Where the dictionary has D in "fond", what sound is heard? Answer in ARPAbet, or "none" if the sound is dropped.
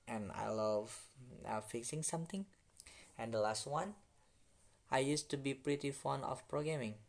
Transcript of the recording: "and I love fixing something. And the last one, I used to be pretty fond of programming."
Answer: none